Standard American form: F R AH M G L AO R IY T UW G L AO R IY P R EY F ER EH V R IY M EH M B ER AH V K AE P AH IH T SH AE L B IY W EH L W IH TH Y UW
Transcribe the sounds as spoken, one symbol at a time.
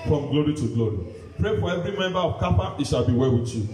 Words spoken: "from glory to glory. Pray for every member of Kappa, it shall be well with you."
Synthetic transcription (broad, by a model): F R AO M G L AO R IY T UW G L AO R IY P R EY F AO EH V R IY M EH M B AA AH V K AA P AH IH T SH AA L B IY W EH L W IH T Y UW